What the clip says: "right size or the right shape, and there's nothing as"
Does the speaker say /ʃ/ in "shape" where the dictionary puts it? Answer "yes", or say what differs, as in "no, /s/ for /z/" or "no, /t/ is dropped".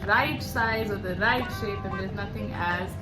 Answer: yes